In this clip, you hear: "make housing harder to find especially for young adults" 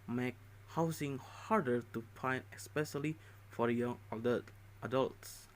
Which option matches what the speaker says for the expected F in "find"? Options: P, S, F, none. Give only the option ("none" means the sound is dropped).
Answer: P